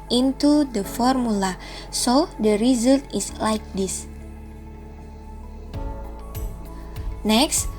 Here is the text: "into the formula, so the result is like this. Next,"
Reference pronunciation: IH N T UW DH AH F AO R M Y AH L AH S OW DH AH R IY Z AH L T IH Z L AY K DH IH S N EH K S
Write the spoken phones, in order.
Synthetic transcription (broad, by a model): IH N T UW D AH F AO R M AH L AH S OW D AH R IY Z AH L T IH S L AY K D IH S N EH K S